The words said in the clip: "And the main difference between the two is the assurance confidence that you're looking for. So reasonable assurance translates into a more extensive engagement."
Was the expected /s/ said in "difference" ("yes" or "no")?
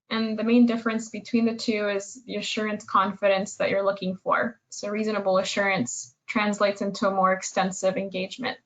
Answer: yes